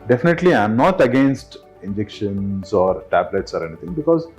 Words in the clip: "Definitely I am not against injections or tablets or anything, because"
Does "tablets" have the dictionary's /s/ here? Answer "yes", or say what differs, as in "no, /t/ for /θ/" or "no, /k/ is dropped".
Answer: yes